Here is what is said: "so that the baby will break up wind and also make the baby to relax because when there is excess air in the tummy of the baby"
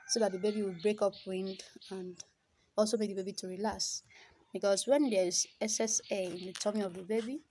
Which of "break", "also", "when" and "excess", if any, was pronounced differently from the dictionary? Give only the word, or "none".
excess